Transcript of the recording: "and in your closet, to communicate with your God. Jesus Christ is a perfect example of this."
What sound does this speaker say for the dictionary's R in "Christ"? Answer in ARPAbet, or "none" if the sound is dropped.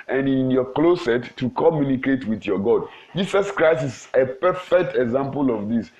R